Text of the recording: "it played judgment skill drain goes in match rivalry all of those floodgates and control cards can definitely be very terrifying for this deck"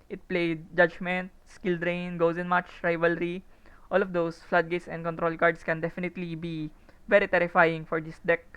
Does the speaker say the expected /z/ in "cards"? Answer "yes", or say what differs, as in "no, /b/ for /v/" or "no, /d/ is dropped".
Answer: no, /s/ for /z/